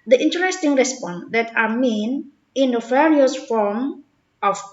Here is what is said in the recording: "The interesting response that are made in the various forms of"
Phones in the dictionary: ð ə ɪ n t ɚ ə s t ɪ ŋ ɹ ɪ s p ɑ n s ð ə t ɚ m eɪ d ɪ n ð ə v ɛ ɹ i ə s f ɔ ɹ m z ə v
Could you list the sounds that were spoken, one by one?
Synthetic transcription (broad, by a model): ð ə ɪ n t ɚ ə s t ɪ ŋ ɹ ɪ s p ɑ n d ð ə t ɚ m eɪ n ɪ n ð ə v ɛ ɹ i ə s f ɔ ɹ m ə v